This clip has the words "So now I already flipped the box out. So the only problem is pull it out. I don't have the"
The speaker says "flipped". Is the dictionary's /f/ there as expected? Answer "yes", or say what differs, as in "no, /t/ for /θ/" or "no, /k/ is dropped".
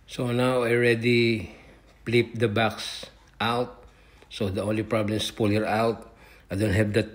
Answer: no, /p/ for /f/